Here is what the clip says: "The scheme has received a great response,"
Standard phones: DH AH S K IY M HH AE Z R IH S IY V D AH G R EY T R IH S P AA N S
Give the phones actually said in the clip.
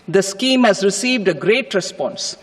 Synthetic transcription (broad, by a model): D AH S K IY M HH AE Z R IH S IY V D AH G R EY T R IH S P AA N S